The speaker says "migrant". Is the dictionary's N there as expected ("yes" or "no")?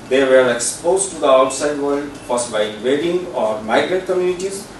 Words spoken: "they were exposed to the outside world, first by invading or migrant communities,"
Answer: no